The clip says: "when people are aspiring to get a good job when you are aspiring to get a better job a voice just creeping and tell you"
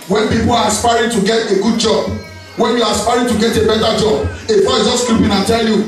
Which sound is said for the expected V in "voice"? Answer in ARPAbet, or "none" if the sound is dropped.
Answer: F